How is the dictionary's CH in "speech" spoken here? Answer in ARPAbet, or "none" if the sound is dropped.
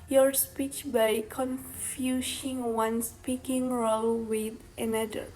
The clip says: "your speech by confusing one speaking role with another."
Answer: CH